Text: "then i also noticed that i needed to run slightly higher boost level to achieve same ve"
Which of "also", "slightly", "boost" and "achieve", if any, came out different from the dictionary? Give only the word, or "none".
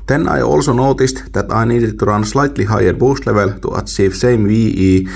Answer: achieve